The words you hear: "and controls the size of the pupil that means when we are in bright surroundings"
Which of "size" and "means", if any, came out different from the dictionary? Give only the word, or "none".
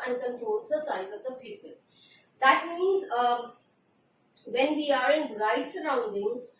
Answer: none